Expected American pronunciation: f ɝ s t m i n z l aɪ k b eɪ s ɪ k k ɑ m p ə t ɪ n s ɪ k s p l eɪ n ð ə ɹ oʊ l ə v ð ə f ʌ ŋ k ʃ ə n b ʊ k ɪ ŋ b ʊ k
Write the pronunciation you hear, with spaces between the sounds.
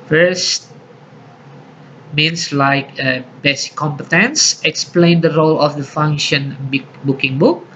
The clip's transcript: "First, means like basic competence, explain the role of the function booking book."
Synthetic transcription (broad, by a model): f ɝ s t m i n s l aɪ k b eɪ s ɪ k k ɑ m p ə t ɪ n s ɪ k s p l eɪ n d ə ɹ oʊ l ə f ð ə f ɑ ŋ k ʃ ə n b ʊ k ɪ ŋ b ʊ k